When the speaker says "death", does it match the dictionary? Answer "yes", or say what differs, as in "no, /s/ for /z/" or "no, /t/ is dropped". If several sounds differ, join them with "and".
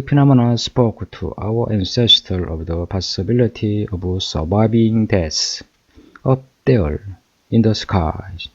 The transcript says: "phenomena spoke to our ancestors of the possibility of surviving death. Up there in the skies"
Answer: no, /s/ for /θ/